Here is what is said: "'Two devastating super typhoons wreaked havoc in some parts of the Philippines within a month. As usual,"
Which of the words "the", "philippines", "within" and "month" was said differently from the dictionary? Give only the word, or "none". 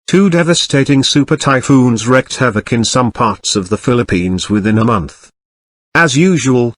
none